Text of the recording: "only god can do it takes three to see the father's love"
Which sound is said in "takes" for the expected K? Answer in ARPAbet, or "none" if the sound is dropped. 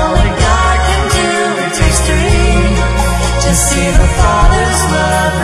none